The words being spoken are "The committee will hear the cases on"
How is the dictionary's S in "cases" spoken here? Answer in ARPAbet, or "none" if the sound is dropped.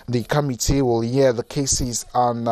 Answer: S